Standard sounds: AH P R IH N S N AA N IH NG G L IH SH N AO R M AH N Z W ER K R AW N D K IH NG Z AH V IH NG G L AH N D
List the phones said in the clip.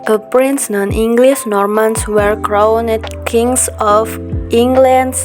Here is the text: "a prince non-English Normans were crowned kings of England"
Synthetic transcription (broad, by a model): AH P R IH N S N AA N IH NG G L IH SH N AO R M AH N S W ER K R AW N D K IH NG S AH F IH NG G L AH N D